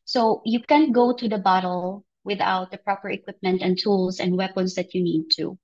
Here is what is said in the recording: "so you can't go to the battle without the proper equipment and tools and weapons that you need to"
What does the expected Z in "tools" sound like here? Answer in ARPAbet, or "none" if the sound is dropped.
S